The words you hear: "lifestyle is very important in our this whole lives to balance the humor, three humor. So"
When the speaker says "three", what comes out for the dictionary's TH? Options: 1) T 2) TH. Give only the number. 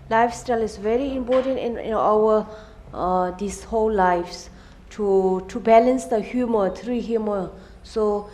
1